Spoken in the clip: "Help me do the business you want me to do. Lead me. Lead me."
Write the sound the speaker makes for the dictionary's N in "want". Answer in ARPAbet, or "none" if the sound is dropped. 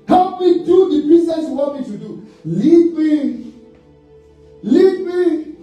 none